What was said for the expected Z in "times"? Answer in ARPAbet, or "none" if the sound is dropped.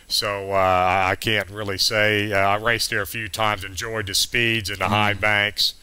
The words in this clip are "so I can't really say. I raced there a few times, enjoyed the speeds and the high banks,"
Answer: Z